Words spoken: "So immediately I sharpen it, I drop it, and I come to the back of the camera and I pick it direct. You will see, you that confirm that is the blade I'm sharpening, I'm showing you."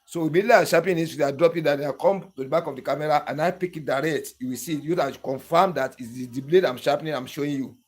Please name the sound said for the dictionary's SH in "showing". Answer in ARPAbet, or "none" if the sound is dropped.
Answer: SH